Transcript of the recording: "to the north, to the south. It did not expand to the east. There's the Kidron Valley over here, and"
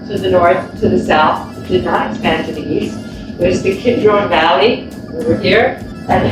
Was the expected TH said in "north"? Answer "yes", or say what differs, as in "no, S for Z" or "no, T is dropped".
yes